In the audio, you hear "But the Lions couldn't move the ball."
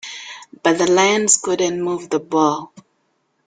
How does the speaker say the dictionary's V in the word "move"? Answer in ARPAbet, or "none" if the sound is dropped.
V